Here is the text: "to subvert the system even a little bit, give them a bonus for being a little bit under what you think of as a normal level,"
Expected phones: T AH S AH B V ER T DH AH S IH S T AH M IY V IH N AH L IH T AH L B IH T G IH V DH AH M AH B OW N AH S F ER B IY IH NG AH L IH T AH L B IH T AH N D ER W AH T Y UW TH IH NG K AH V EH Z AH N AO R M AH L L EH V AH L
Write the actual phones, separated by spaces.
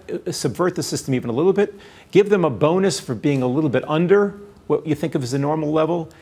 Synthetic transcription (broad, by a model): S AH B V ER T DH AH S IH S T AH M IY V IH N AH L IH T L B IH T G IH V DH AH M AH B OW N AH S F ER B IY IH NG AH L IH T L B IH T AH N D ER W AH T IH TH IH NG K AH V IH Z AH N AO R M L L EH V L